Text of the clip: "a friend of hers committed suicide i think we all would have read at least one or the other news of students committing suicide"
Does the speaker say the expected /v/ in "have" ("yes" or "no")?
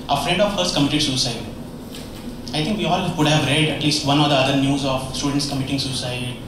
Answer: yes